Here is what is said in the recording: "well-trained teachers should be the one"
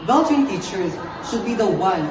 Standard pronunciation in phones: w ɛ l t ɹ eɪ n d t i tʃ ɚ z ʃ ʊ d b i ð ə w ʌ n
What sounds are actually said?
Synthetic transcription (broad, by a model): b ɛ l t eɪ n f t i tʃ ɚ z ʃ ʊ d b i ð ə w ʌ n